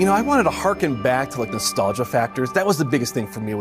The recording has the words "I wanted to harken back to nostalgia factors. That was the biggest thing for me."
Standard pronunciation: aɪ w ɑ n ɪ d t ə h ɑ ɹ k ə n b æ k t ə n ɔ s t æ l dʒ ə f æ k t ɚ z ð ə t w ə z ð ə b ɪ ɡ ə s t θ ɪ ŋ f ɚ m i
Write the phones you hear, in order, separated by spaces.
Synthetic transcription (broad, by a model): aɪ w ɑ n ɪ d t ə h ɑ ɹ k ə n b æ k t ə n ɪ s t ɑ l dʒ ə f æ k t ɚ z ð ə t w ə z ð ə b ɪ ɡ ə s t θ ɪ ŋ f ɚ m i